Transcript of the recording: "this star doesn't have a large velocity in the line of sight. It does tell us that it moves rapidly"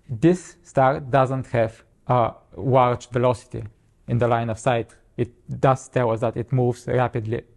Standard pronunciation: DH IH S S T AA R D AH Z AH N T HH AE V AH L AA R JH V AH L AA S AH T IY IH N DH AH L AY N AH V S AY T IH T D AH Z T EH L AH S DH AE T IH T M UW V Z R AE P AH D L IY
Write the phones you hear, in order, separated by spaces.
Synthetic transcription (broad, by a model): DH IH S S T AA R D AH Z AH N T HH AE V AH W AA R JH V AH L AA S AH T IY IH N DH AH L AY N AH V S AY T IH T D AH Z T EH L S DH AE T IH T M UW V Z R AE P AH D L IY